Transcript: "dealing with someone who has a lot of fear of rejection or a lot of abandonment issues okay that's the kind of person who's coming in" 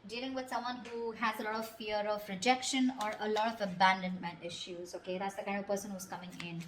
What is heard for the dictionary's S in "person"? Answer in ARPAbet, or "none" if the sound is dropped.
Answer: S